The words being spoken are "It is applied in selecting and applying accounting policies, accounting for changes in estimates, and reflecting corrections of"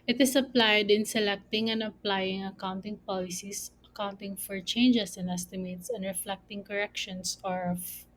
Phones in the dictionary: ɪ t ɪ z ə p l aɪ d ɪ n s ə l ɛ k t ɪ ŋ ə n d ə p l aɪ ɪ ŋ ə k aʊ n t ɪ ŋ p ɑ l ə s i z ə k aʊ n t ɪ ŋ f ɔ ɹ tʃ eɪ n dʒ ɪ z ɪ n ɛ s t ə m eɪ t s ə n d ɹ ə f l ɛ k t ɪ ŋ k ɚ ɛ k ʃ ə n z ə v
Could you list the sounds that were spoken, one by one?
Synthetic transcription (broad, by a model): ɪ t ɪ s ə p l aɪ d ɪ n s ə l ɛ k t ɪ ŋ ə n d ə p l aɪ ɪ ŋ ə k aʊ n t ɪ ŋ p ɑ l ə s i s ə k aʊ n t ɪ ŋ f ɔ ɹ tʃ eɪ n dʒ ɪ s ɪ n ɛ s t ə m eɪ t s ə n d ɹ ə f l ɛ k t ɪ ŋ k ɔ ɛ k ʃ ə n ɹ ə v